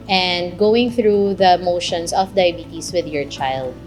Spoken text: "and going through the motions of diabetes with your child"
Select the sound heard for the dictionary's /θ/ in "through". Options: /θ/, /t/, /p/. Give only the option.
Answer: /θ/